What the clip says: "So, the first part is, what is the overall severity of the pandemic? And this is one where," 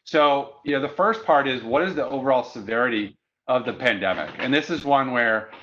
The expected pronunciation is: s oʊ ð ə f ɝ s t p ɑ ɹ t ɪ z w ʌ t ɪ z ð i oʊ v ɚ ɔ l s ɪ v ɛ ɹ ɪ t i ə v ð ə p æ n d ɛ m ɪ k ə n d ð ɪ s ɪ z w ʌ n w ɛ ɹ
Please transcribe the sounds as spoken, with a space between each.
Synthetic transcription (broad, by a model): s oʊ ð ə f ɝ s p ɑ ɹ t ɪ z w ʌ t ɪ z ð i oʊ v ɚ ɔ l s ɪ v ɛ ɹ ɪ t i ə v ð ə p æ n d ɛ m ɪ k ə n ð ɪ s ɪ z w ʌ n w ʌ ɹ